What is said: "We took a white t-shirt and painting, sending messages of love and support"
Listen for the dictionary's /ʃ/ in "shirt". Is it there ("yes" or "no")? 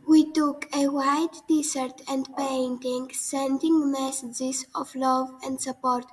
no